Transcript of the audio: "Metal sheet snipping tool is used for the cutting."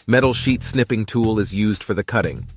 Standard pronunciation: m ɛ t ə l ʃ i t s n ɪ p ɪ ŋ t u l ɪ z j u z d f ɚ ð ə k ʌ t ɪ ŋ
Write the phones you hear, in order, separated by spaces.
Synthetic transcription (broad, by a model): m ɛ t l ʃ i t s n ɪ p ɪ ŋ t u l ɪ z j u z d f ɚ ð ə k ʌ t ɪ ŋ